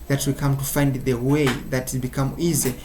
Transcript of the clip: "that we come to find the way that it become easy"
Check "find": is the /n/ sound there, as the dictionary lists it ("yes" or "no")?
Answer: yes